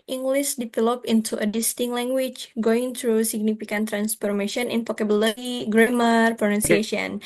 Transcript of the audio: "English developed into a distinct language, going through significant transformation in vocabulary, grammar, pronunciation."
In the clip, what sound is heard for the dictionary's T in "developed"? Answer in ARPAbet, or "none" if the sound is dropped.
none